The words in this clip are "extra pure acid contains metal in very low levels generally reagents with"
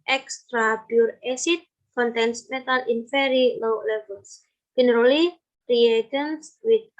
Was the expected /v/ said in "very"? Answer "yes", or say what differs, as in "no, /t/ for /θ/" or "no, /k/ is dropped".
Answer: no, /f/ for /v/